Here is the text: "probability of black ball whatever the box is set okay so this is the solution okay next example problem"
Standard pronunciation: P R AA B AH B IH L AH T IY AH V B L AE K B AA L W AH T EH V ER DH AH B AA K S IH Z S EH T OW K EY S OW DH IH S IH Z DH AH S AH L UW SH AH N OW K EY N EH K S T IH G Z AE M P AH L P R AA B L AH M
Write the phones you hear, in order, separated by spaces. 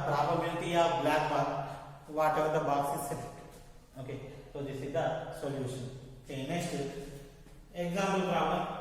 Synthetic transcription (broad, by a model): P R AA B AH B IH L T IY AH B L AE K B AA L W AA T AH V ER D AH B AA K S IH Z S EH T OW K EY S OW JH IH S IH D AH S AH L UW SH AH N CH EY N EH S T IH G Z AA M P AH L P R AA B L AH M